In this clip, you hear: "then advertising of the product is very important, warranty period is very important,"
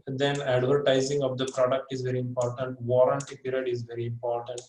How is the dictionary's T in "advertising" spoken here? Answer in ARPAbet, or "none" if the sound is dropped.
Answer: T